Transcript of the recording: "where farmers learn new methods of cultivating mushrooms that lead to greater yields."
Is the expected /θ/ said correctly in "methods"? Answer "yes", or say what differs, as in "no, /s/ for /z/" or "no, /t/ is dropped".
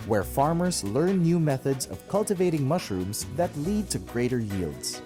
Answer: yes